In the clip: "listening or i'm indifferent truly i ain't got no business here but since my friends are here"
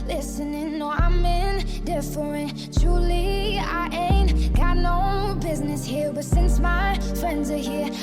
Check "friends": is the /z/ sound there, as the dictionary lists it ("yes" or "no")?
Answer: yes